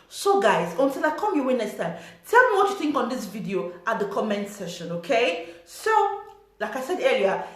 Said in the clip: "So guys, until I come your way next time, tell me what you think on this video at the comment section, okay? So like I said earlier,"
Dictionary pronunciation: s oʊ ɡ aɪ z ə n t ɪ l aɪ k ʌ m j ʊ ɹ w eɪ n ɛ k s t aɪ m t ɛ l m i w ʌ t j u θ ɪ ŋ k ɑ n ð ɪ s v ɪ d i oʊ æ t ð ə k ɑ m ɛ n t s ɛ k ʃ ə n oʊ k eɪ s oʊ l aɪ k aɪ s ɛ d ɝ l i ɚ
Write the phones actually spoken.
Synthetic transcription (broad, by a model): s oʊ ɡ aɪ z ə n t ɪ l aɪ k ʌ m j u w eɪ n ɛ s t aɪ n t ɛ l m i w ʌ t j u θ ɪ ŋ k ɑ n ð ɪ s v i d i oʊ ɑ t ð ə k ɑ m ɛ n t s ɛ ʃ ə n oʊ k eɪ s oʊ l aɪ k aɪ s ɛ d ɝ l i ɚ